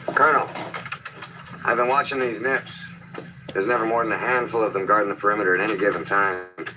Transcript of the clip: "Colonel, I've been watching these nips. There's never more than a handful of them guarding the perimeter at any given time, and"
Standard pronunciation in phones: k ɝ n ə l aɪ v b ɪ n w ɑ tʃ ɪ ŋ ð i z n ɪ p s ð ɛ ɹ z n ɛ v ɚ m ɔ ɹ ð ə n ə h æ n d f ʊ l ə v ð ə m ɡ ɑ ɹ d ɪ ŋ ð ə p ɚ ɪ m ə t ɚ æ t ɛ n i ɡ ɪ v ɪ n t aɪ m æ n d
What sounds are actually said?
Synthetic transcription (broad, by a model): k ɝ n l aɪ v b ɪ n w ɑ tʃ ɪ ŋ ð i z n ɪ p s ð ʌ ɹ z n ɛ v ɚ m ɔ ɹ ð ə n ə h æ n d f ʊ l ə v ð ə m ɡ ɑ ɹ d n ð ə p ɚ ɪ m ə t ɚ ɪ t ɛ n i ɡ ɪ v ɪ n t aɪ m